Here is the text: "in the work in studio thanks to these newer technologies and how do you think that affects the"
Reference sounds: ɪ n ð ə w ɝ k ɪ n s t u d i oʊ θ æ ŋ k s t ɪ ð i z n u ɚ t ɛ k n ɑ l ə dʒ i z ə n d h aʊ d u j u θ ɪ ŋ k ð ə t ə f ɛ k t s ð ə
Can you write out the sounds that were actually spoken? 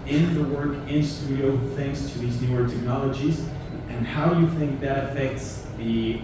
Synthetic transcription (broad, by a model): ɪ n ð ə w ɝ k ɪ n s t u d i oʊ θ æ ŋ k s t ɪ ð i z n u ɚ t ɛ k n ɑ l ə dʒ i z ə n h aʊ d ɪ j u θ ɪ ŋ k ð ə t ə f ɛ k t s ð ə